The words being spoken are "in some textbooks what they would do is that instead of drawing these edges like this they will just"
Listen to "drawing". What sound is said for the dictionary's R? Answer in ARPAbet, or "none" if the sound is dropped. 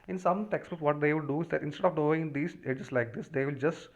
none